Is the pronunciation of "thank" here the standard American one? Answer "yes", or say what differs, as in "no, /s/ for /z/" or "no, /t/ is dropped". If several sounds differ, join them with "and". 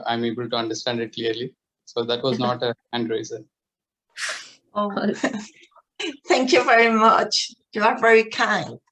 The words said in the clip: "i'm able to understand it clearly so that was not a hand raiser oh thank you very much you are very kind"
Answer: no, /t/ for /θ/